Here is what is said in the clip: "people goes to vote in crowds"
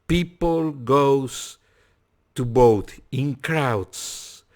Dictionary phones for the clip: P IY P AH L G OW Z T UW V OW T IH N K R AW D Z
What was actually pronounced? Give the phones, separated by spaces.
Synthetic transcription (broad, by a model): P IY P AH L G OW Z T UW B OW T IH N K R AW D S